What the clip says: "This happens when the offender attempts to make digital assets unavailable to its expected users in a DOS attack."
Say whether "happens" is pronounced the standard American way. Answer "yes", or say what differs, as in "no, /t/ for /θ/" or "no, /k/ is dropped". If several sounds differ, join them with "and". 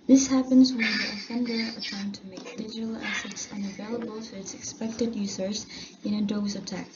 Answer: yes